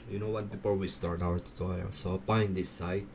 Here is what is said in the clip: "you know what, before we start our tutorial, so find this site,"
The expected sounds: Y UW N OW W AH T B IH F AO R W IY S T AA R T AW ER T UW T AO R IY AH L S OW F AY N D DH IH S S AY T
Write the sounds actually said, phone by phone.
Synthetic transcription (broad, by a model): Y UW N OW W AH T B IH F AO R W IY S T AA R T AW ER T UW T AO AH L S OW P AY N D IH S S AY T